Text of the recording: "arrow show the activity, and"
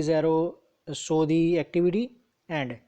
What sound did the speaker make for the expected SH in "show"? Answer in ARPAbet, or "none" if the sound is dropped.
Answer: S